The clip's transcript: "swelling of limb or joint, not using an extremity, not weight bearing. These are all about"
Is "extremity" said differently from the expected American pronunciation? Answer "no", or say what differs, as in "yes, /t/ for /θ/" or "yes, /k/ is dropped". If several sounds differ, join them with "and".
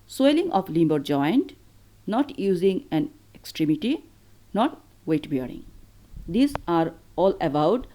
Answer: no